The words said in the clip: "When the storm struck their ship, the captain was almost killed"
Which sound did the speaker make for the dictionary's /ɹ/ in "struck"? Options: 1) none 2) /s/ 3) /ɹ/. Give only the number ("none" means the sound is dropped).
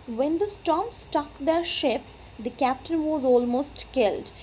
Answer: 1